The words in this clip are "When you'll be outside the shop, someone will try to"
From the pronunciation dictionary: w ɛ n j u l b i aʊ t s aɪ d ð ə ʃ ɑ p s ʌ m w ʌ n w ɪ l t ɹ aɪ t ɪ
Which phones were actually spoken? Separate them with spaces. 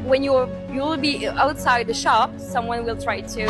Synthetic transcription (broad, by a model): w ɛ n j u l b i aʊ t s aɪ d ð ə ʃ ɑ p s ʌ m w ʌ n w ɪ l t ɹ aɪ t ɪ